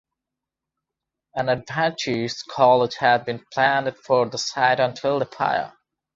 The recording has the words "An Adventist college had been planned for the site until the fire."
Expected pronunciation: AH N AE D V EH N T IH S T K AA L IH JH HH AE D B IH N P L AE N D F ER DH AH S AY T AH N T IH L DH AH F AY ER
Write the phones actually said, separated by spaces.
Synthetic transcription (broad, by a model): AH N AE D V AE N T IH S K AA L IH JH HH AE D B IH N P L AE N D F ER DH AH S AY T AH N T IH L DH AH P AY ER